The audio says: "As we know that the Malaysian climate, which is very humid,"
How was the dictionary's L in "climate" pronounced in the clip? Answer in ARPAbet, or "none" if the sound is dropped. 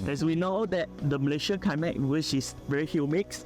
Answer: none